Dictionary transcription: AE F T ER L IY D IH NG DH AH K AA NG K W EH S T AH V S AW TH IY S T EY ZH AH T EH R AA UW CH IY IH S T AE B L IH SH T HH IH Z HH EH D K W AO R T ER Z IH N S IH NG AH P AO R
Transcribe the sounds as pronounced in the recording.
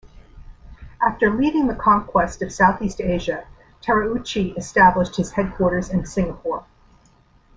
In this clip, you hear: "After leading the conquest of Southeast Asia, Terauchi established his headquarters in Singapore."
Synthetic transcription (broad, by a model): AE F T ER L IY D IH NG DH AH K AA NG K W EH S T AH V S AW TH IY S T EY ZH AH T EH R AA UW CH IY IH S T AE B L IH SH T HH IH Z HH EH D K W AO R T ER Z IH N S IH NG AH P AO R